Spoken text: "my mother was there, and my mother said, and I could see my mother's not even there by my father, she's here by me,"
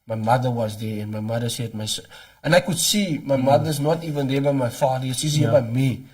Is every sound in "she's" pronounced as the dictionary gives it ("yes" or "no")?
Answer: no